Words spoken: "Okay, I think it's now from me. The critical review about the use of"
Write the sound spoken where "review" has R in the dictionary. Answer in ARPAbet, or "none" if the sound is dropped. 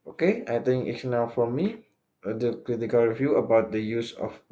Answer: R